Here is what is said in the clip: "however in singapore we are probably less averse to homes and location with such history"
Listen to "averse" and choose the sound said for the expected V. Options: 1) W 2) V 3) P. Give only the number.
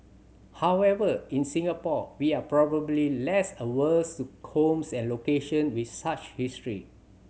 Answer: 1